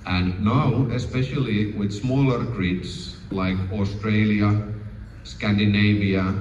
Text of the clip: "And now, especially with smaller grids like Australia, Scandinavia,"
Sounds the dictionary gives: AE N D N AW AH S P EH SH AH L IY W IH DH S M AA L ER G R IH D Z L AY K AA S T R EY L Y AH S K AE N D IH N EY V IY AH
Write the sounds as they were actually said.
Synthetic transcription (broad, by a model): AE N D N AW AH S P EH SH AH L IY W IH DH S M AA L ER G R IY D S L AY K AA S T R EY L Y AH S K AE N D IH N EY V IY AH